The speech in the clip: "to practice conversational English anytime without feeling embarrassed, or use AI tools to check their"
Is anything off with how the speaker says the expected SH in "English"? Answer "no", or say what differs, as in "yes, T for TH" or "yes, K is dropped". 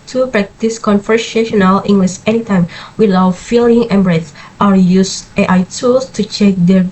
yes, S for SH